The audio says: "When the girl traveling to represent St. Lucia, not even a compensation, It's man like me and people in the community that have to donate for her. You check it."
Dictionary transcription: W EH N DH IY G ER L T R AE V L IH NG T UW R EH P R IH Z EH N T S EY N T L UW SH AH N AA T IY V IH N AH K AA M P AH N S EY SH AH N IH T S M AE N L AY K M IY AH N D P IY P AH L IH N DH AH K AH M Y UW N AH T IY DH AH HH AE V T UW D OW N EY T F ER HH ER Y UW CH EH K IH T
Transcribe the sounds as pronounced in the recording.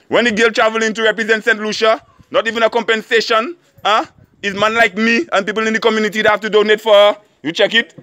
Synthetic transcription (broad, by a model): W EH N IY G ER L T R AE V L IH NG T UW R EH P R IH Z EH N T S EY N T L UW SH AH N AA T IY V IH N AH K AA M P AH N S EY SH AH N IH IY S M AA N L AY K M IY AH N P IY P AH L IH N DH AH K AH M Y UW N AH T IY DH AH HH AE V T UW D OW N EY T F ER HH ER Y UW CH EH K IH T